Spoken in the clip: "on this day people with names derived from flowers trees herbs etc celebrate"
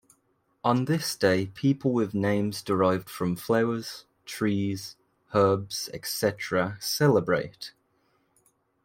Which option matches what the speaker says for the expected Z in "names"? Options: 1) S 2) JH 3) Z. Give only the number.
3